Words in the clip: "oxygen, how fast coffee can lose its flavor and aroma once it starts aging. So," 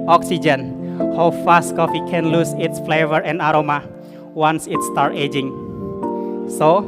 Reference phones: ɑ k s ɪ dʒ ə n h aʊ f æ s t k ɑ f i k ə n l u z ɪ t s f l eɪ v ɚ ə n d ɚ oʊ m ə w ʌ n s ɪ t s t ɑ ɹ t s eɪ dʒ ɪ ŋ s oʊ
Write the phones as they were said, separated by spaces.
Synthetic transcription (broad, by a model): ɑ k s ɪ dʒ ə n h aʊ f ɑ s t k ɑ f i k ə n l u s ɪ t s f l eɪ v ɚ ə n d oʊ m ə w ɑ n s ɪ t s t ɑ ɹ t eɪ dʒ ɪ ŋ s oʊ